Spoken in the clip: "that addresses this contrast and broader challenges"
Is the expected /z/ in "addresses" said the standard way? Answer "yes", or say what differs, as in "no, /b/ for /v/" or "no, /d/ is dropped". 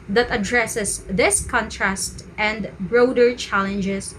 no, /s/ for /z/